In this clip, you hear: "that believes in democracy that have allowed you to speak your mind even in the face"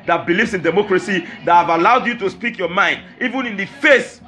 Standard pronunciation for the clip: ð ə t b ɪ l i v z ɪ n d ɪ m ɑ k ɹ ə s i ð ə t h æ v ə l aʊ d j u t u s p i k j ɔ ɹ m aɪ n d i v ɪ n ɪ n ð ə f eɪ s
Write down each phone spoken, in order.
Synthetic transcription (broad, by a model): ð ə t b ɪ l i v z ɪ n d ɪ m ɑ k ɹ ə s i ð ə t h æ v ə l aʊ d j u t u s p i k j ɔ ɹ m aɪ n d i v ɪ n ɪ n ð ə f eɪ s